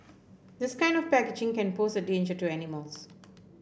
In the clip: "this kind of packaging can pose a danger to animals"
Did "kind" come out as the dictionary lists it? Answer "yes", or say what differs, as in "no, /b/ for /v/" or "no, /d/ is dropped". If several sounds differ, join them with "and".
yes